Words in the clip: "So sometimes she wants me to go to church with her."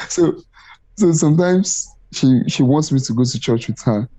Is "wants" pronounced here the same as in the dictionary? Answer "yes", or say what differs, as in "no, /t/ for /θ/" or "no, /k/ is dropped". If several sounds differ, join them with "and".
yes